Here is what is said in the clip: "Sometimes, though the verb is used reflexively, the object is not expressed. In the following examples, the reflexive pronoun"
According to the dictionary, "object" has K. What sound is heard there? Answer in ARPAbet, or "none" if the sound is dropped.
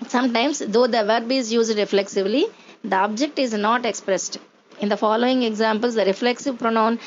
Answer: K